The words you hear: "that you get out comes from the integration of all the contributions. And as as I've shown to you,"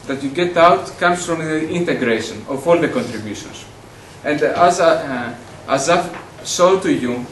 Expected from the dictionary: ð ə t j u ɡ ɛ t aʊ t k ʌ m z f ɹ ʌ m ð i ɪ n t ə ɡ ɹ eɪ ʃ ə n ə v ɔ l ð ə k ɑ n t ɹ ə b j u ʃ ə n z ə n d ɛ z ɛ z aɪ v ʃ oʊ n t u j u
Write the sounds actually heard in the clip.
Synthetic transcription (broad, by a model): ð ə t j u ɡ ɛ t aʊ t k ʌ m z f ɹ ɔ m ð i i n t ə ɡ ɹ eɪ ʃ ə n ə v ɔ l ð ə k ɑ n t ɹ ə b j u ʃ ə n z ə n d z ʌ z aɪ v s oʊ t u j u